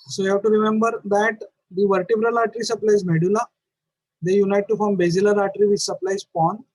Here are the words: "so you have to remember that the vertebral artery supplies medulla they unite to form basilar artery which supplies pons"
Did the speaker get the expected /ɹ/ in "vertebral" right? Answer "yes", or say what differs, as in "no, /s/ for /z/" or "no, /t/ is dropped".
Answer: yes